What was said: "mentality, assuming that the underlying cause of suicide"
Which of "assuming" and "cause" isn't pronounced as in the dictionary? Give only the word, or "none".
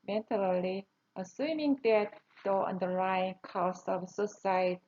cause